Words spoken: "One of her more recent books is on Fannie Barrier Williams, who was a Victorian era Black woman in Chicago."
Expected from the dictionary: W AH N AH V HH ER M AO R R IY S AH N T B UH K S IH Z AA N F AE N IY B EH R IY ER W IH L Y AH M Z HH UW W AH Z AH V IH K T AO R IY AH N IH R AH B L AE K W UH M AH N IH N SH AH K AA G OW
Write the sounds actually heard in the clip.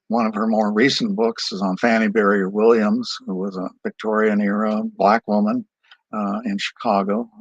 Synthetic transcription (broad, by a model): W AH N AH V ER M AO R R IY S N B UH K S IH Z N F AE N IY B EH R IY ER W IH L Y AH M Z HH UW W AH Z AH V IH K T AO R IY AH N IH R AH B L AE K W UH M AH N IH N SH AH K AA G OW